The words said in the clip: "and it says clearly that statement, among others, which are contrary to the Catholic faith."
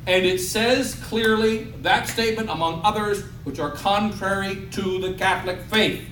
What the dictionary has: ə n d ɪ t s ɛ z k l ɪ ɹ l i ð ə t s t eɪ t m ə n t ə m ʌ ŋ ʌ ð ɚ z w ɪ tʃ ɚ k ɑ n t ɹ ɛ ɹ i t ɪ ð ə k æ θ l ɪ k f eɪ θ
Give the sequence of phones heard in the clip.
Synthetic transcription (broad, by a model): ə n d ɪ t s ɛ z k l ɪ ɹ l i ð ə t s t eɪ t m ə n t ə m ʌ ŋ ʌ ð ɚ z w ɪ tʃ ɚ k ɑ n t ɹ ɛ ɹ i t ɪ ð ə k æ θ l ɪ k f eɪ θ